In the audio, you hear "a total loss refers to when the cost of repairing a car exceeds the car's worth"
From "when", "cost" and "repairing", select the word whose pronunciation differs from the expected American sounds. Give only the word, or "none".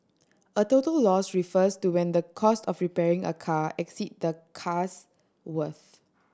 none